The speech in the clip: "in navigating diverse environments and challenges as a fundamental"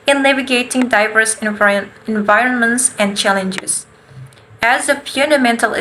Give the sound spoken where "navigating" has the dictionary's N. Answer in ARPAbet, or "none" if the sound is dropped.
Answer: L